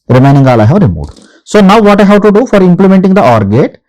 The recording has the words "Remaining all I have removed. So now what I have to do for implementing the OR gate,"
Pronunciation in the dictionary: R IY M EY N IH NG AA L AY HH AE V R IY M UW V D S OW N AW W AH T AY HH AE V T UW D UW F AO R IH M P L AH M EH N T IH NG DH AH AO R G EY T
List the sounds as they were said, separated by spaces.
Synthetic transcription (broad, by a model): R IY M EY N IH NG AA L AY HH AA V R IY M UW D S OW N AW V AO T AY HH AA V T UW D UW F AO R IH M P L AH M EH N T IH NG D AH AO R G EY T